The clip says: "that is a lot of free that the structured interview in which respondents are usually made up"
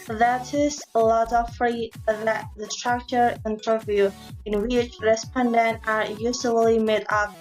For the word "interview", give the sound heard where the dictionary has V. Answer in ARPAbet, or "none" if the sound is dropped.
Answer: V